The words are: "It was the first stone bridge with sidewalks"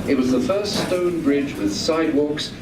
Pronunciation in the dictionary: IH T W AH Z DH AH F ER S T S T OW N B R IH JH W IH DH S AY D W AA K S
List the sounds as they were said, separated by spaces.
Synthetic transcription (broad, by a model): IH T W AH Z DH AH F ER S T S T OW N B R IH JH W IH DH S AY D W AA K S